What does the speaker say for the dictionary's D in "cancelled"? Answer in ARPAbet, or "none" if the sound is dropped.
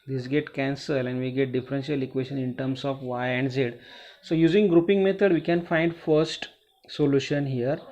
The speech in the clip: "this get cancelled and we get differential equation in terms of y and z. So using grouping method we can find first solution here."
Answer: none